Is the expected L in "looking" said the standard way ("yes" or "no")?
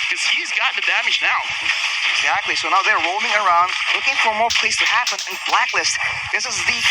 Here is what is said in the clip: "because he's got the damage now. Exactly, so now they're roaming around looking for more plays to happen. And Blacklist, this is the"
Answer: yes